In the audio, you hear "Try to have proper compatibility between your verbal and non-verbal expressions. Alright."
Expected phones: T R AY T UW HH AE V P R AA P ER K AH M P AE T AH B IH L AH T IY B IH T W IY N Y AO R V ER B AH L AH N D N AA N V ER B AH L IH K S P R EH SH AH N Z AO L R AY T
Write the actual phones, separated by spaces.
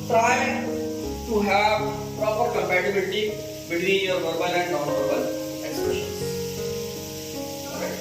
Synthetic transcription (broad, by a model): T R AY T UW HH AE V P R AA P ER K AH M P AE T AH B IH L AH T IY B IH T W IY N Y AO R V ER B AH L AH N D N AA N V ER B AH L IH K S P R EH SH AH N AO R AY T